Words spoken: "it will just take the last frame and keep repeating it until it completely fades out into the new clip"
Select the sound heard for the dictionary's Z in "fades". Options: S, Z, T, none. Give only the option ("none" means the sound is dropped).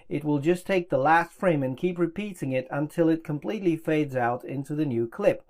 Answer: Z